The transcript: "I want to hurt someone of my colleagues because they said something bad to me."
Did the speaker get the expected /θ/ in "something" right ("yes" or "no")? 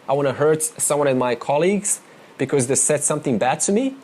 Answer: yes